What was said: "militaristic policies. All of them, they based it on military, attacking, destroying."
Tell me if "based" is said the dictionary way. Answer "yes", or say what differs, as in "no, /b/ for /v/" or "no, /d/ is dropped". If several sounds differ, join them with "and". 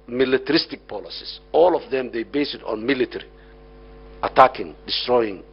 no, /t/ is dropped